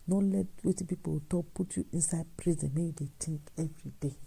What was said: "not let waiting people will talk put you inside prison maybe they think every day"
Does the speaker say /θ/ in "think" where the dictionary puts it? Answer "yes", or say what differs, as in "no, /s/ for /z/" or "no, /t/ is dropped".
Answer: no, /t/ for /θ/